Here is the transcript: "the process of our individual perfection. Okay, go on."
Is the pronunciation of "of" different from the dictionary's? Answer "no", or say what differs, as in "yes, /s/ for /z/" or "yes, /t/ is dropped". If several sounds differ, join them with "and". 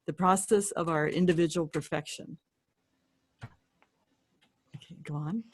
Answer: no